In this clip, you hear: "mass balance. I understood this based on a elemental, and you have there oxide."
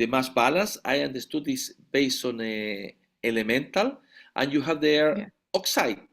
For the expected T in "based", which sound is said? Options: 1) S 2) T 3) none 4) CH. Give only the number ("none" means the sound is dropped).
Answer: 3